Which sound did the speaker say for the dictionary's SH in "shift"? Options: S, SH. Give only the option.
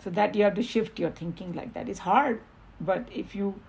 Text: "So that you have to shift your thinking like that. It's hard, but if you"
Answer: SH